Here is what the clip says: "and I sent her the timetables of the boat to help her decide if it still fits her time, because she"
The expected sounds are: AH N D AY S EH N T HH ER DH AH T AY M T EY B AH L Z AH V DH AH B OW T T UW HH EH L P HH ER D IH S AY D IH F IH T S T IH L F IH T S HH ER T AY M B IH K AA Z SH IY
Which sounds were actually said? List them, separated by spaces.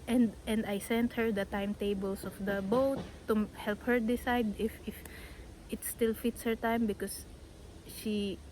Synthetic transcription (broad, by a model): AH N D AY S EH N T HH ER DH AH T AY M T EY B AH L S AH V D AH B OW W T UW HH EH L P HH ER D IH S AY D IH F IH T S T IH L F IH T S HH ER T AY M B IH K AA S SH IY